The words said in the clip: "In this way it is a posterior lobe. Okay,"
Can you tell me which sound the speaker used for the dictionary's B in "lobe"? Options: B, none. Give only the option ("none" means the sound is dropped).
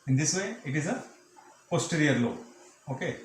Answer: none